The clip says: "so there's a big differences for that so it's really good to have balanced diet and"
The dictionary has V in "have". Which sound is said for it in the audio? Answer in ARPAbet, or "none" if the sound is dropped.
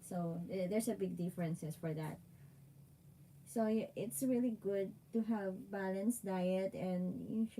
V